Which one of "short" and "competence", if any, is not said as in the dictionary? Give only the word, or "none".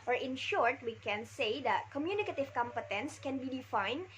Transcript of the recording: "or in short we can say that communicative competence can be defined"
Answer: none